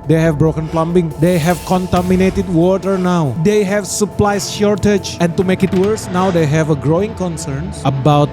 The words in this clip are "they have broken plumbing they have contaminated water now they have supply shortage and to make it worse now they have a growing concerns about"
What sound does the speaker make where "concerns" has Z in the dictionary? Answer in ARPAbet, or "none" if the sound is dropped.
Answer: none